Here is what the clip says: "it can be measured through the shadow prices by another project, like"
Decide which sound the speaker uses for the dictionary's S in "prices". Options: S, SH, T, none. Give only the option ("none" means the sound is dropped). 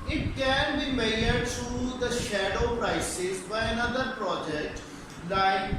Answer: S